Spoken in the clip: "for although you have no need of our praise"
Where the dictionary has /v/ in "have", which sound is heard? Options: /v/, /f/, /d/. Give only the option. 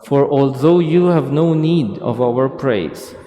/v/